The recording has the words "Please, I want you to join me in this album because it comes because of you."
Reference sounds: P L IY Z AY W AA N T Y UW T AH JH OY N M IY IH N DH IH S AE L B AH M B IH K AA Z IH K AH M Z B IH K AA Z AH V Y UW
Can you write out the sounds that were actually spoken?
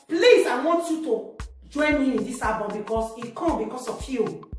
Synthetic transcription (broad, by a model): P L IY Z AY W AA N T Y UW T AH JH OY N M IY IH N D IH S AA B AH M B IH K AA S IH K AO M B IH K AA S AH F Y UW